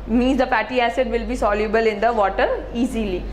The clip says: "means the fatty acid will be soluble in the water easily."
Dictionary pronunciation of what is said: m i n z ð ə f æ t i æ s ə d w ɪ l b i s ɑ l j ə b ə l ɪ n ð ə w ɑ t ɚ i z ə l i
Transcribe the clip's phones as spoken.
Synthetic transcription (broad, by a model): m i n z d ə p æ t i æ s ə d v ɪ l b i s ɑ l j ə b ə l ɪ n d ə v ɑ t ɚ i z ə l i